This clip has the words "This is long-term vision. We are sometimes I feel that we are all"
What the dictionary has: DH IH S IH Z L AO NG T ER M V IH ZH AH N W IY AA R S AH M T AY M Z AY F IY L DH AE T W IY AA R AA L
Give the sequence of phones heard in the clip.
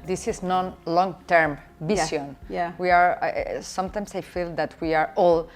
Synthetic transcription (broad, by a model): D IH S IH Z L AO NG T ER M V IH S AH N W IY AA R S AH M T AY M S AY F IY L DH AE T W IY AA R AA L